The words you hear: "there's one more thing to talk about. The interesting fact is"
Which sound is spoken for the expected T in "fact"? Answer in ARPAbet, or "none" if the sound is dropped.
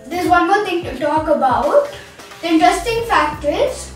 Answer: T